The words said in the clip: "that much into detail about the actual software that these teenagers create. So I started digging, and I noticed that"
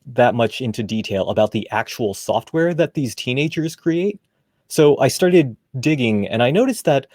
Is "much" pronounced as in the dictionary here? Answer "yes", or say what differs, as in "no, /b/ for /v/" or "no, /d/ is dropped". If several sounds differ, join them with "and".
yes